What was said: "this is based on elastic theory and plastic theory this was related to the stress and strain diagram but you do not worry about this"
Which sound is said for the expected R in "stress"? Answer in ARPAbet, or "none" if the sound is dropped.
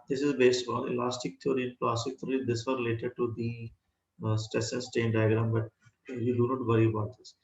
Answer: none